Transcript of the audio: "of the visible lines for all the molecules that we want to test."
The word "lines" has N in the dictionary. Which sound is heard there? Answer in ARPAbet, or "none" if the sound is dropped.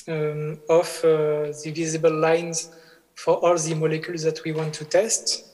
N